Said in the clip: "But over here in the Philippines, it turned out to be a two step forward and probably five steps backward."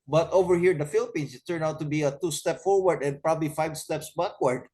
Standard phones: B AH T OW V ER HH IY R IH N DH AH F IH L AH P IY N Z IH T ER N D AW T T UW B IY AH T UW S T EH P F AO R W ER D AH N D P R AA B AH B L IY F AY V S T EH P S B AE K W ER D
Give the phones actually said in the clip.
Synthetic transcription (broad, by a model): B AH T OW V ER HH IY R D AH F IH L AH P IY N S IH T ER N AW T T UW B IY AH T UW S T EH P F AO R W ER D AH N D P R AA B AH B L IY F AY V S T EH P S B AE K W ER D